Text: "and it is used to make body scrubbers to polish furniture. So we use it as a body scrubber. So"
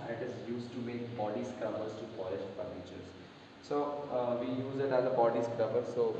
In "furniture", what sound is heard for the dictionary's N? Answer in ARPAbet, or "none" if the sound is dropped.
L